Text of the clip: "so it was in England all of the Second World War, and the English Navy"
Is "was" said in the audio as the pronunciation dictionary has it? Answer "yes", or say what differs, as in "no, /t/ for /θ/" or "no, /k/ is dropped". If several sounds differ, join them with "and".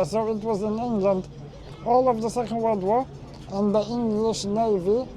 yes